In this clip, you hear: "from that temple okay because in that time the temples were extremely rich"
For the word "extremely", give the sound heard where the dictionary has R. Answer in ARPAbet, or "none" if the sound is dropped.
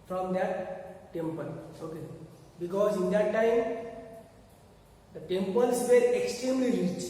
R